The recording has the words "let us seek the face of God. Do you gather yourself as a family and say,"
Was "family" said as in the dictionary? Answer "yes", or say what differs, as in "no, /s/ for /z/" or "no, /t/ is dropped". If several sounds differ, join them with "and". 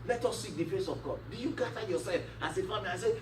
no, /l/ is dropped